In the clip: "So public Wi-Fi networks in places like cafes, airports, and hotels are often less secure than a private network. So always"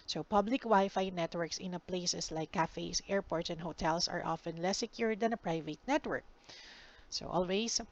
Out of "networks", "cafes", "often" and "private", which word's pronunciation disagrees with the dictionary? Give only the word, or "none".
cafes